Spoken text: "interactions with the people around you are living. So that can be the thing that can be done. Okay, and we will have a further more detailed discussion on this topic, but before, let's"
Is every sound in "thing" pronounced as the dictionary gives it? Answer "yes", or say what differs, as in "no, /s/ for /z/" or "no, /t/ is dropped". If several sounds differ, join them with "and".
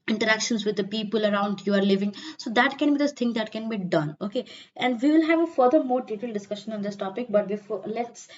no, /t/ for /θ/